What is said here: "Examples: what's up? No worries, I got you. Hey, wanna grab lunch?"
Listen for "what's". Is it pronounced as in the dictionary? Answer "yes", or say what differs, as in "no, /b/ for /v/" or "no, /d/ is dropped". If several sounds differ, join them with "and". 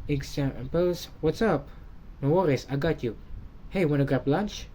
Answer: yes